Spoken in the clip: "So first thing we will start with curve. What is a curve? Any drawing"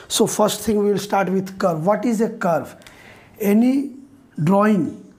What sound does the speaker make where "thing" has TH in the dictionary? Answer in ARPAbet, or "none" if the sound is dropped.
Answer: T